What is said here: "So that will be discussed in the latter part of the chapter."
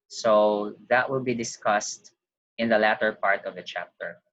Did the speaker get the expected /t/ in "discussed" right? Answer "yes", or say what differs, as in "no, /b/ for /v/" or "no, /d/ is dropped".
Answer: yes